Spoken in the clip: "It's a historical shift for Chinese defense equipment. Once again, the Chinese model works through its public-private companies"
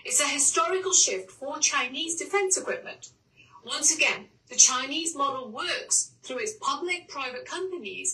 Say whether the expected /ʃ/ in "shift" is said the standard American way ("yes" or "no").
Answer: yes